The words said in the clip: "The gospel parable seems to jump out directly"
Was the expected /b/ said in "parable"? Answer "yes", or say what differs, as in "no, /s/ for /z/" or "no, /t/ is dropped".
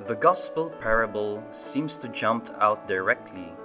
yes